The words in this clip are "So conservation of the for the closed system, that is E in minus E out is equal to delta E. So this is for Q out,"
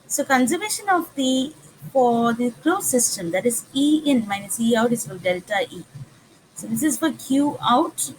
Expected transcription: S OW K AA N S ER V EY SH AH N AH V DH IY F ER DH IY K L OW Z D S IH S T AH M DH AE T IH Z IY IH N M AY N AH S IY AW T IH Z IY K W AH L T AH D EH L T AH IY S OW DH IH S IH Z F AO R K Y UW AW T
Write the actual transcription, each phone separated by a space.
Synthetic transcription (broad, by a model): S OW K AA N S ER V EY SH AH N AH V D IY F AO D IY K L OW S IH S T AH M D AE T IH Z IY IH N M AY N AH S IY AW T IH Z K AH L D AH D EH T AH IY S OW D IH S IH Z F AO R K Y UW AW T